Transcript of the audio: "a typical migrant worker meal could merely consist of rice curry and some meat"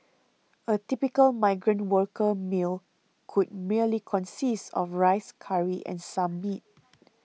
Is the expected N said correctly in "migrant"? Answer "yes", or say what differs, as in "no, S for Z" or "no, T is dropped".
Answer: yes